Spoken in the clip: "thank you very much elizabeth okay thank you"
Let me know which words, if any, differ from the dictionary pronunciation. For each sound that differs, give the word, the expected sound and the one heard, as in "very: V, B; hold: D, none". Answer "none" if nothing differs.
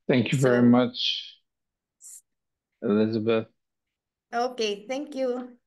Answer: none